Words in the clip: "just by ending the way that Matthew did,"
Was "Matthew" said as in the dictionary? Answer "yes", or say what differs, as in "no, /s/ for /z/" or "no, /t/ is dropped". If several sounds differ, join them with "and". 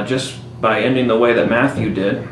yes